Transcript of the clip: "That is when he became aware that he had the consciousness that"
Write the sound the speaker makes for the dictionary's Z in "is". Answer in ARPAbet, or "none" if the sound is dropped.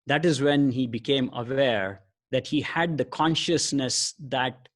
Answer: Z